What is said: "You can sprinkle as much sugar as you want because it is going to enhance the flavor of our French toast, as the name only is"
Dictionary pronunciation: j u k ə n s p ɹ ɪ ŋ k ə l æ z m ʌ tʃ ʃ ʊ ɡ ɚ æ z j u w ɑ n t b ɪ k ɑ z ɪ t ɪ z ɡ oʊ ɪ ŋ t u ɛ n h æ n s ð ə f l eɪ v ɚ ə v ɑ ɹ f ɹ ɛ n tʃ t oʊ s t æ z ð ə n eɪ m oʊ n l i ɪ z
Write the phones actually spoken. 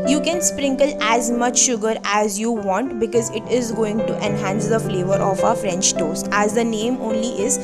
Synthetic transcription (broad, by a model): j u k ə n s p ɹ ɪ ŋ k ə l æ z m ʌ tʃ ʃ ʊ ɡ ɚ æ z j u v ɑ n t b ɪ k ɑ z ɪ t ɪ z ɡ oʊ ɪ ŋ t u ɛ n h æ n s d ə f l eɪ v ɚ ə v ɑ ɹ f ɹ ɛ n tʃ t oʊ s t æ z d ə n eɪ m oʊ n l i ɪ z